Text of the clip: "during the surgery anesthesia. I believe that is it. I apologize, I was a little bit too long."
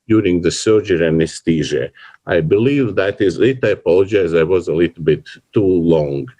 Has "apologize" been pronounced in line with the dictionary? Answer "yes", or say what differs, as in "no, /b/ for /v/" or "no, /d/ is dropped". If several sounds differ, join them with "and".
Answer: yes